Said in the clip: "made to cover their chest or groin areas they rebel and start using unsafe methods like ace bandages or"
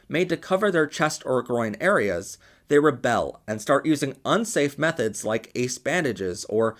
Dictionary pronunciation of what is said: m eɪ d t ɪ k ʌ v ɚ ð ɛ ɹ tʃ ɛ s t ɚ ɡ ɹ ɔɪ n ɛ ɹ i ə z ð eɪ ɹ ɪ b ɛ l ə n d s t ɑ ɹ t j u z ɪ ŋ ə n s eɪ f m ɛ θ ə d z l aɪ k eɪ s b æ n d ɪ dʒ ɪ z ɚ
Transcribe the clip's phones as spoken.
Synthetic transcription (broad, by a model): m eɪ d t ɪ k ʌ v ɚ ð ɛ ɹ tʃ ɛ s t ɚ ɡ ɹ ɔɪ n ɛ ɹ i ə z ð eɪ ɹ ɪ b ɛ l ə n s t ɑ ɹ t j u z ɪ ŋ ə n s eɪ f m ɛ θ ə d z l aɪ k eɪ s b æ n d ɪ dʒ ɪ z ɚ